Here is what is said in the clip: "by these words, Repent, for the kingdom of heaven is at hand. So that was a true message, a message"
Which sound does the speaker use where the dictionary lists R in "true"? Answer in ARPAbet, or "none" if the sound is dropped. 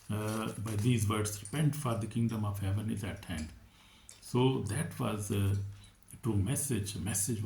none